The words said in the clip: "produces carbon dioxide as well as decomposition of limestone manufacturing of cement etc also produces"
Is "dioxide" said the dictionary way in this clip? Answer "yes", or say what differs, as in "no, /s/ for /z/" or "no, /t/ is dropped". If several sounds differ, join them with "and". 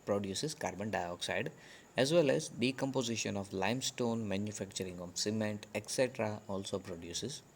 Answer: yes